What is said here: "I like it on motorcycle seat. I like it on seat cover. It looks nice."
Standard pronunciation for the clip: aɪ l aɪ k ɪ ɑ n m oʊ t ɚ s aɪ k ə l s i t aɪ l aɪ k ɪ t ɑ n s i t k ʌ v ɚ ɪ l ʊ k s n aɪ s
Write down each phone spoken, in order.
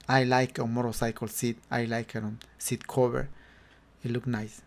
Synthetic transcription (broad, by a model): aɪ l aɪ k ɪ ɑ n m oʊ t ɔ s aɪ k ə l s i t aɪ l aɪ k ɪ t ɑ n s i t k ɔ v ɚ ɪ l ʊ k n aɪ s